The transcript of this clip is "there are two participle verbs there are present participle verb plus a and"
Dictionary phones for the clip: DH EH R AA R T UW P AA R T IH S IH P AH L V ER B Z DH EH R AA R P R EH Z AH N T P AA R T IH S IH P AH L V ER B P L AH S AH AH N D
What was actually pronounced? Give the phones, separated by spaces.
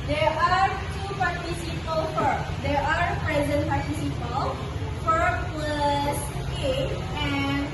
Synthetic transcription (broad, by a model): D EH R AA R T UW P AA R T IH S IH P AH L F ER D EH R AA R P R EH Z AH N T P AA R T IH S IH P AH L F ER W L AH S AH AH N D